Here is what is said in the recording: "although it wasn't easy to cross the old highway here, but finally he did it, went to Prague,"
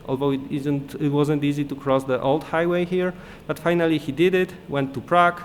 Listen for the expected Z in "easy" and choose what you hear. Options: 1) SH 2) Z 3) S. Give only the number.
2